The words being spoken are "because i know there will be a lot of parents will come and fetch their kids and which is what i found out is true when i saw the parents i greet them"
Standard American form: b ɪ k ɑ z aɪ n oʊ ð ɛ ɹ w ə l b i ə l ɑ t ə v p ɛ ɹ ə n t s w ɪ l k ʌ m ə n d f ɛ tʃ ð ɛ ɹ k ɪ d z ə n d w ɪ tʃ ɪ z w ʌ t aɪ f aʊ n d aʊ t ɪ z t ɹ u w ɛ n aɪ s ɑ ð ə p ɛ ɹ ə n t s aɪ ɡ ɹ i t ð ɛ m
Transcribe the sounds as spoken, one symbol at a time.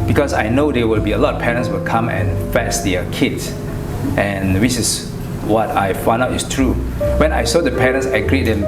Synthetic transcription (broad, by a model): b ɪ k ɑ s aɪ n oʊ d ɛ w ə l b i ə l ɑ t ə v p ɛ ɹ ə n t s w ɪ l k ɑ m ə n f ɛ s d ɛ k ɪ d s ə n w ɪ s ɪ s w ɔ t aɪ f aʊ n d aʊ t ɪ s t ɹ u w ɛ n aɪ s ɑ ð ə p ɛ ɹ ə n s aɪ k ɹ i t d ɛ m